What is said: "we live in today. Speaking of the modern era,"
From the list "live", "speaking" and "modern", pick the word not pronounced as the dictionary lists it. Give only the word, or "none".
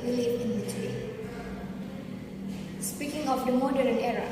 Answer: live